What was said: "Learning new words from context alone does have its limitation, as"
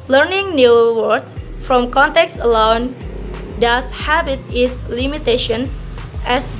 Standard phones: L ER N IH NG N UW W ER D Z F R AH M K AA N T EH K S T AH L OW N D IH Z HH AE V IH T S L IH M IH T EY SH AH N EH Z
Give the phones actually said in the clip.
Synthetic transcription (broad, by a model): L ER N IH NG N UW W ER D F R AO M K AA N T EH K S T AH L OW N D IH S HH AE B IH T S L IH M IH T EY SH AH N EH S